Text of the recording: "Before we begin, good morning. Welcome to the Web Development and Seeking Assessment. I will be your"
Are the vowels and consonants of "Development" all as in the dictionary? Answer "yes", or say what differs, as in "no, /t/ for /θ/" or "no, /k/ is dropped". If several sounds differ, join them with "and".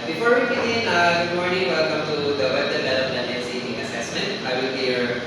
no, /t/ is dropped